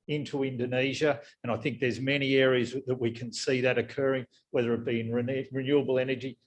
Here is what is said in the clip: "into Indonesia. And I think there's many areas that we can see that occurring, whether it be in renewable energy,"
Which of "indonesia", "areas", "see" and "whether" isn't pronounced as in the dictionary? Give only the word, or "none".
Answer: none